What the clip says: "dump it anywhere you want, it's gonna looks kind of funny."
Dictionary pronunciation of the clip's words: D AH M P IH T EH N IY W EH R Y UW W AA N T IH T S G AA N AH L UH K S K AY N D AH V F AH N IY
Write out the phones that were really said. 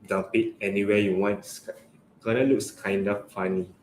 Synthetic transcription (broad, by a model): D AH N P IH T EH N IY W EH Y UW W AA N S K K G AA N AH L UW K S K AY N D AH F F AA N IY